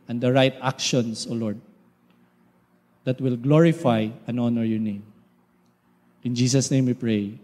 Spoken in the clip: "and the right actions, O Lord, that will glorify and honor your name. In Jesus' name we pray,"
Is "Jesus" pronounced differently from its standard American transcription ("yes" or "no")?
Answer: yes